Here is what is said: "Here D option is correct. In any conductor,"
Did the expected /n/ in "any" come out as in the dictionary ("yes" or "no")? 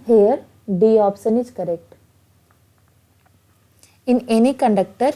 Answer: yes